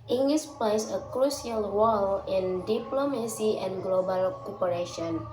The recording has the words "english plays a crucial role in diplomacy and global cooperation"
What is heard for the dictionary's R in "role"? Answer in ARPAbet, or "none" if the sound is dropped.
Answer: W